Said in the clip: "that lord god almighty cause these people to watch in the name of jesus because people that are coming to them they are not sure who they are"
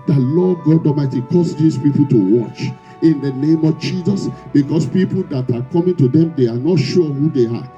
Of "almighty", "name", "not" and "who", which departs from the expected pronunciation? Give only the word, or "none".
almighty